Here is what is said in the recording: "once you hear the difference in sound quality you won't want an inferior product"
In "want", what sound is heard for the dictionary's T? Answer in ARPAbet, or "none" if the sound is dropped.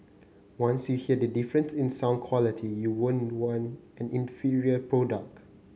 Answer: none